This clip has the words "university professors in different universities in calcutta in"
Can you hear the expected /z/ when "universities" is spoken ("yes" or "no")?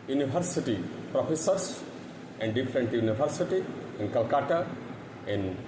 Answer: no